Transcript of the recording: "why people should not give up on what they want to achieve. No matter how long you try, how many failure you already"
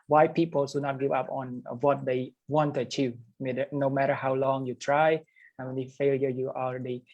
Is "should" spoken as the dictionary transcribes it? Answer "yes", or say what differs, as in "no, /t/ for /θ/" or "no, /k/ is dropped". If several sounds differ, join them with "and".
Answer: no, /s/ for /ʃ/